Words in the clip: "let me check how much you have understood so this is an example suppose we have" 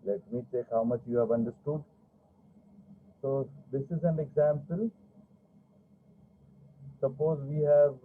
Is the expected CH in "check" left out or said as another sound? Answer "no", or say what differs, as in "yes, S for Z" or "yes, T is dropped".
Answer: yes, S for CH